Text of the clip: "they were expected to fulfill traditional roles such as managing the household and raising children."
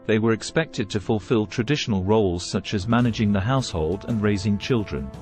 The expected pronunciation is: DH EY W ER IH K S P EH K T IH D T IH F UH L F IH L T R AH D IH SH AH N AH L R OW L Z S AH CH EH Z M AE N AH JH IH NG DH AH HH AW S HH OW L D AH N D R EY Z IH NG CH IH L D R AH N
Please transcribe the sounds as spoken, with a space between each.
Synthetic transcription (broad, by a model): DH EY W ER IH K S P EH K T IH D T IH F UH L F IH L T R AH D IH SH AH N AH L R OW L Z S AH CH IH Z M AE N AH JH IH NG DH AH HH AW S HH OW L D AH N R EY Z IH NG CH IH L D R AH N